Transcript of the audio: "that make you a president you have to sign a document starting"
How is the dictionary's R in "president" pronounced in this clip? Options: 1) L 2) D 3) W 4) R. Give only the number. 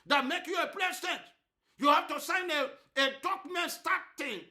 1